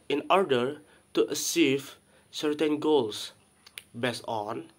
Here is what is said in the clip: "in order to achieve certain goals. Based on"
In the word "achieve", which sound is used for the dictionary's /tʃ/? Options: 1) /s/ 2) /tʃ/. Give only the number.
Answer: 1